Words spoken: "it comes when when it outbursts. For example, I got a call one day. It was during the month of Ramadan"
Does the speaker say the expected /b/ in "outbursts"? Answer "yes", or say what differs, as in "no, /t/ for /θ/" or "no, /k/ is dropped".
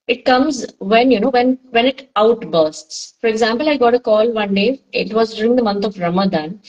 yes